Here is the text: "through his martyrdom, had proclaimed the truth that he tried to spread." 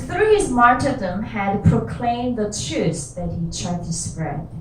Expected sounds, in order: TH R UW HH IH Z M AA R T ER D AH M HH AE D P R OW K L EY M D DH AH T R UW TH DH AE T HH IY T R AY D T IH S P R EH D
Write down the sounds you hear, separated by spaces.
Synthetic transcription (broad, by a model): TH R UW HH IH Z M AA R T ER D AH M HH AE D P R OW K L EY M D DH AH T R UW S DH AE T HH IY T R AY D T IH S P R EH